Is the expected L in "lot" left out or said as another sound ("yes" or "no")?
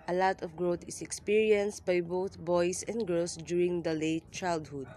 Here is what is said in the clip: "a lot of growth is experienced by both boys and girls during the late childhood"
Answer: no